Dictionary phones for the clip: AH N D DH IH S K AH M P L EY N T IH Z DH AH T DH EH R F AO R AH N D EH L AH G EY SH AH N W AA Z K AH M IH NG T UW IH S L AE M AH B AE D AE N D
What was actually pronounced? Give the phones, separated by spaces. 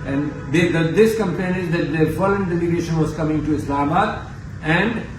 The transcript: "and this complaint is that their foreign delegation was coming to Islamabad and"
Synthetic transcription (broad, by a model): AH N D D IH S K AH M P L EY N IH Z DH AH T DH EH R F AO L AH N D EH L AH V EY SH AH N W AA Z K AH M IH NG T UW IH S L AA M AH AE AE N D